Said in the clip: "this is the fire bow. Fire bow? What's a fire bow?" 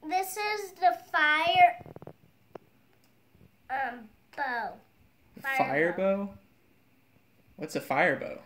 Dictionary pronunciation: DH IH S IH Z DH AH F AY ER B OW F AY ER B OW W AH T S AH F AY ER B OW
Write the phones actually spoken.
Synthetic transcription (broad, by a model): DH IH S IH Z DH AH F AY ER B OW F AY ER B OW W AH T S AH F AY ER B OW